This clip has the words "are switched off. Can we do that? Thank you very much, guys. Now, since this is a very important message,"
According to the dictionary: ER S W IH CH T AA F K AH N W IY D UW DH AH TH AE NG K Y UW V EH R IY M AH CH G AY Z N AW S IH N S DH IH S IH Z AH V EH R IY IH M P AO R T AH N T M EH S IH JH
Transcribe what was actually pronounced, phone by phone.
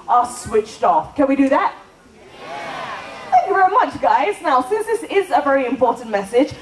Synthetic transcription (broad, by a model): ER S W IH CH T AA F K AH N W IY D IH DH AH T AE K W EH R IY M AH CH G AY Z N AW S IH N S DH IH S IH Z AH V EH R IY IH M P AO R T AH N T M EH S IH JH